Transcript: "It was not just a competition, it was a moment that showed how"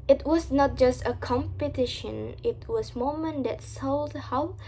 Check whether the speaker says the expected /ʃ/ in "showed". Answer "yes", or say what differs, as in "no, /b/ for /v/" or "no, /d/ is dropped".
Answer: no, /s/ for /ʃ/